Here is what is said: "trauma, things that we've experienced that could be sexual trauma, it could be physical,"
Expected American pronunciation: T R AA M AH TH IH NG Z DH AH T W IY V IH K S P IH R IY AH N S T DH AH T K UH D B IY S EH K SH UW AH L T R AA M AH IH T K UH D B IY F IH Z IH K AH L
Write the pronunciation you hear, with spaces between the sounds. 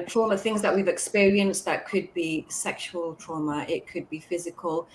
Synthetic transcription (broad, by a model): T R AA M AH TH IH NG Z DH AH T W IY V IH K S P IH R IY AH N S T DH AH T K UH D B IY S EH K SH UW AH L T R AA M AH IH T K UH D B IY F IH Z IH K AH L